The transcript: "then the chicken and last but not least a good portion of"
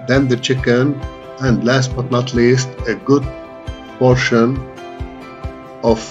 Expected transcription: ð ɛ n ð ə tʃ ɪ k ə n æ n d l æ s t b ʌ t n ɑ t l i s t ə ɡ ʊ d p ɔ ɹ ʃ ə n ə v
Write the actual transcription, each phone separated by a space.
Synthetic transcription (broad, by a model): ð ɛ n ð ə tʃ ɪ k ə n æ n d l æ s t b ʌ t n ɑ t l i s t ə ɡ ʊ d p ɔ ɹ ʃ ə n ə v